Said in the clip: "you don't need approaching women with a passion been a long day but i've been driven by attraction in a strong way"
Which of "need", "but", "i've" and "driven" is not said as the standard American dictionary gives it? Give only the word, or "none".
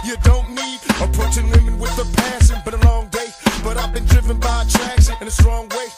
none